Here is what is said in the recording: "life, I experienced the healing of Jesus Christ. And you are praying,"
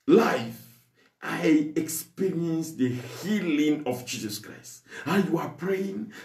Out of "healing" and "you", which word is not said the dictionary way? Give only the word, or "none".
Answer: none